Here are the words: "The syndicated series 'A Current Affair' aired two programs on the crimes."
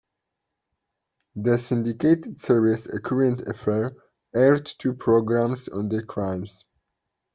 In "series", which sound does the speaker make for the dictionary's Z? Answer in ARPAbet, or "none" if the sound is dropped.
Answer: S